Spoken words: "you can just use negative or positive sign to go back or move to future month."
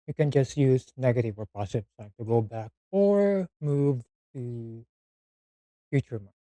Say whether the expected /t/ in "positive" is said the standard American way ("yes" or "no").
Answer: no